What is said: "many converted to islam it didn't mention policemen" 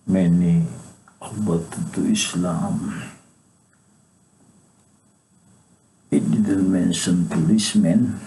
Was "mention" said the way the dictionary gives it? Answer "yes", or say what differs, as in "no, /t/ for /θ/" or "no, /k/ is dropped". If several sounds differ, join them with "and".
no, /s/ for /ʃ/